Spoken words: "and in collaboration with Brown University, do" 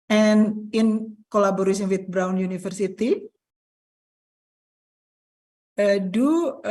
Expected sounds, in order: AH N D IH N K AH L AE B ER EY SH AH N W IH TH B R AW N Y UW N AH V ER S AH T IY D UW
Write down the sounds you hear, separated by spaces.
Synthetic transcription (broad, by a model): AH N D IH N K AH L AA B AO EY S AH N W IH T B R AW N Y UW N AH F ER S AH T IY D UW